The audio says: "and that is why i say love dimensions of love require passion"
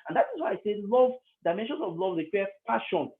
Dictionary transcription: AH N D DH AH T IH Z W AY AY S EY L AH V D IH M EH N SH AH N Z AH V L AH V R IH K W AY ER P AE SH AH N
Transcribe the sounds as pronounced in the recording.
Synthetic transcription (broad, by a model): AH N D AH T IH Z W AY AY S EY L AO V D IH M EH N SH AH N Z AH V L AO V L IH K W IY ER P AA SH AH N